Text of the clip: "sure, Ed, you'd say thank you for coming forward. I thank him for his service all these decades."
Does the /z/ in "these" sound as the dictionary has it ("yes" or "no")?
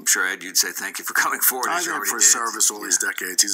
yes